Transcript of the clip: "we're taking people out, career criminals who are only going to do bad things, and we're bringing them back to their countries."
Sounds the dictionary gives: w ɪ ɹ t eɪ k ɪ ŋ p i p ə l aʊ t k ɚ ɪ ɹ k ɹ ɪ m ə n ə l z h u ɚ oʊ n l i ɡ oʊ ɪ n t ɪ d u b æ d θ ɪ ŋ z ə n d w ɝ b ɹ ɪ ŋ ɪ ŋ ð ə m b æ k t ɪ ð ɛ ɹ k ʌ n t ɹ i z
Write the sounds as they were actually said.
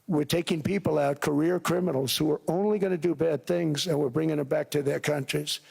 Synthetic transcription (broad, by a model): w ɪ ɹ t eɪ k ɪ ŋ p i p l aʊ t k ɚ ɪ ɹ k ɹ ɪ m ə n l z h u ɚ oʊ n l i ɡ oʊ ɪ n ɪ d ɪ b æ d θ ɪ ŋ z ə n w ɝ b ɹ ɪ ŋ ɪ ŋ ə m b æ k t ɪ ð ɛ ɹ k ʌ n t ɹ i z